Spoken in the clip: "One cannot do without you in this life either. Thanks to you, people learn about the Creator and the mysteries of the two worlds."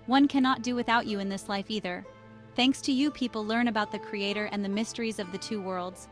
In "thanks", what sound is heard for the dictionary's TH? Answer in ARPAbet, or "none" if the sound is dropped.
TH